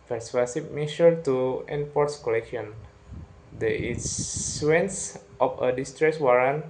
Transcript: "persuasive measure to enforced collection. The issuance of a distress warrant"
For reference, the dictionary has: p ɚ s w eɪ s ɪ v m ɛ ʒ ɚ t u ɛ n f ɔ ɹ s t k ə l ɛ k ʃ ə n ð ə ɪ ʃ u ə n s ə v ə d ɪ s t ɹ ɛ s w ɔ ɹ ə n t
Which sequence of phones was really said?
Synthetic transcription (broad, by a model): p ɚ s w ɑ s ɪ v m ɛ ʃ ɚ t u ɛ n p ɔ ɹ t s k ə l ɛ k ʃ ə n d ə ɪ s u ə n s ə f ə d ɪ s t ɹ ɛ s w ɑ ɹ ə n